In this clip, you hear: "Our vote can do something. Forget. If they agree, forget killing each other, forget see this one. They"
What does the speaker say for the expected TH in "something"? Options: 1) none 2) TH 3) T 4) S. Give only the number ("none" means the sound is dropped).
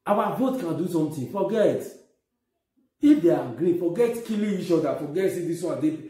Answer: 3